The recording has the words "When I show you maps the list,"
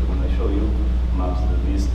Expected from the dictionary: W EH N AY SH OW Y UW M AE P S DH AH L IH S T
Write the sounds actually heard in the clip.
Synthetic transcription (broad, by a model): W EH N AY SH OW Y UW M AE S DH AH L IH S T